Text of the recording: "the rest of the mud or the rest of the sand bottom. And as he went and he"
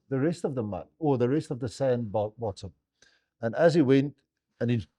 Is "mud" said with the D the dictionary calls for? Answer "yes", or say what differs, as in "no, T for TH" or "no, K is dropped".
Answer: no, D is dropped